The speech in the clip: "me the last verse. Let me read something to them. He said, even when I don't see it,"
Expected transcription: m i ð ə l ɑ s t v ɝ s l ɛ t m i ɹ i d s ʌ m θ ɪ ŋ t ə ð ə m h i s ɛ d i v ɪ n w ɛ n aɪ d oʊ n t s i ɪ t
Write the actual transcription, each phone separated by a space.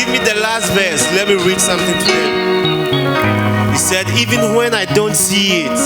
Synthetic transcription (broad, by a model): m i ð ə l ɑ s t v ɝ s l ɛ t m i ɹ i d s ʌ m θ ɪ ŋ t ə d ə h i s ɛ d i v ɪ n w ɛ n aɪ d oʊ n t s i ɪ t